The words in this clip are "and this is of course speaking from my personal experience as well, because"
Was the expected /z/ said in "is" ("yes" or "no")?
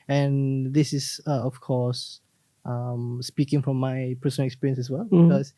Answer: no